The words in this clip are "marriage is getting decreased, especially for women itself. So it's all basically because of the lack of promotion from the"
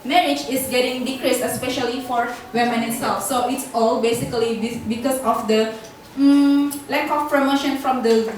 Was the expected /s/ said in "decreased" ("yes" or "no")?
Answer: yes